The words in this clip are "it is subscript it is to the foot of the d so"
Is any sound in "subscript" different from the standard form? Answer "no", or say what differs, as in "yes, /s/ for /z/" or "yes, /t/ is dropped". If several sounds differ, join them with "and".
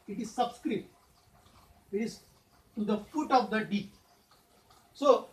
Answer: yes, /p/ is dropped